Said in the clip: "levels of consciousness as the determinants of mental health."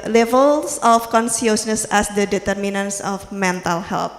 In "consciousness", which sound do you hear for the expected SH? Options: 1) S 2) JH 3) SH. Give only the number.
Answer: 1